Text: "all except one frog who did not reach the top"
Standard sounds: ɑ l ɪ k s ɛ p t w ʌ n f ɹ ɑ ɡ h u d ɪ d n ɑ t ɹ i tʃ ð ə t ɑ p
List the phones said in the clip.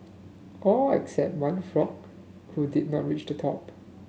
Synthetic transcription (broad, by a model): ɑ ɪ k s ɛ p t w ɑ n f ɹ ɑ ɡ h u d ɪ d n ɑ t ɹ i tʃ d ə t ɑ p